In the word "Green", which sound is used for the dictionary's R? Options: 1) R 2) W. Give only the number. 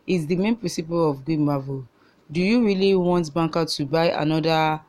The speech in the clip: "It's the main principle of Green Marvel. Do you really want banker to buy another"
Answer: 2